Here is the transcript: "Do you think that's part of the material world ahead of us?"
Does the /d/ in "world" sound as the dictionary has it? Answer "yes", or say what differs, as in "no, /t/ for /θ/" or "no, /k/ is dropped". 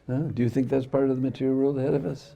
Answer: no, /d/ is dropped